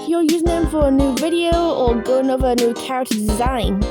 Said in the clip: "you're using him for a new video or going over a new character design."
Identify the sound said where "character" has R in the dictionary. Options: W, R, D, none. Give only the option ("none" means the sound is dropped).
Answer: none